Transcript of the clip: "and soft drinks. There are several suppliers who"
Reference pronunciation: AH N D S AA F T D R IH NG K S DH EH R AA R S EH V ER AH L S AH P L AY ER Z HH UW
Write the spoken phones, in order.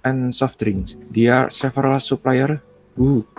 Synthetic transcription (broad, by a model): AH N S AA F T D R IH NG S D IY AA R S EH F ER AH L S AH P L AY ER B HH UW